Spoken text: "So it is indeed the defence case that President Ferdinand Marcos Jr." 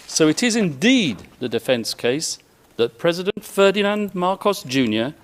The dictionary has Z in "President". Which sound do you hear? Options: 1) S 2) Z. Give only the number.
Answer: 2